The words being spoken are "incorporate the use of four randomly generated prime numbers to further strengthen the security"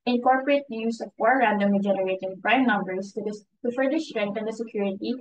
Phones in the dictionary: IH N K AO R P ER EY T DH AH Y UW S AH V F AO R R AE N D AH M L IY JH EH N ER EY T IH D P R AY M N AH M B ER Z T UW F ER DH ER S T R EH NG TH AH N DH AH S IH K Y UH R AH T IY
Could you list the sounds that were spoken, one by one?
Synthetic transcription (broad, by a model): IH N K AO R P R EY T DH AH Y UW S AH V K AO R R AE N D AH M IY JH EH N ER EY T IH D P R AY M N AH M B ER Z T UW F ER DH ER S T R EH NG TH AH N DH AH S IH K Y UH R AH T IY